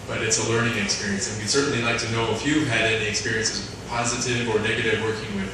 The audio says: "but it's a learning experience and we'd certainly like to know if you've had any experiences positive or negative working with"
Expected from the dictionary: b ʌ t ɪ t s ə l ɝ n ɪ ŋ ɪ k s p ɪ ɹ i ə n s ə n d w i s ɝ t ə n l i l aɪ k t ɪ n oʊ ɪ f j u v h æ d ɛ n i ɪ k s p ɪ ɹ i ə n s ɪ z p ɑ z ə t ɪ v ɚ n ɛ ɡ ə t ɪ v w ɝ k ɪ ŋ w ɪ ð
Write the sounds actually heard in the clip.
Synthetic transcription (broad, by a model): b ʌ t ɪ t s ə l ɝ n ɪ ŋ ɪ k s p ɪ ɹ i ə n s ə n w i s ɝ t n l i l aɪ k t ɪ n oʊ ɪ f j u v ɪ d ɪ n i ɪ k s p ɪ ɹ i ə n s ɪ z p ɑ z ə t ɪ v ɚ n ɛ ɡ ə t ɪ v w ɝ k ɪ ŋ w ɪ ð